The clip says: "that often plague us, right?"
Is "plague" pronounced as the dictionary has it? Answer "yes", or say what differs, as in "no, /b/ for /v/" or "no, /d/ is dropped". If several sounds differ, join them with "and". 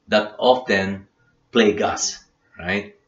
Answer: yes